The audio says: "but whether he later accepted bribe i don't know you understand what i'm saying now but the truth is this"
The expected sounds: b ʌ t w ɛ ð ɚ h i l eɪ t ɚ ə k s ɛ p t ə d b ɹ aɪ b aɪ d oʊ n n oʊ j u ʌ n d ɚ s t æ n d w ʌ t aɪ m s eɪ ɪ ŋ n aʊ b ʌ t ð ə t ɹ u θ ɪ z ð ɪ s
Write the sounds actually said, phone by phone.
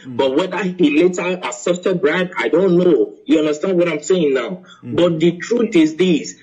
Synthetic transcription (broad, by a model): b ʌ t w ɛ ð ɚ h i l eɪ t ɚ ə s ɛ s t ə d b ɹ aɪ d aɪ d oʊ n n oʊ j u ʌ n d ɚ s t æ n d w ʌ t aɪ m s eɪ ɪ ŋ n aʊ b ʌ t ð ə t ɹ u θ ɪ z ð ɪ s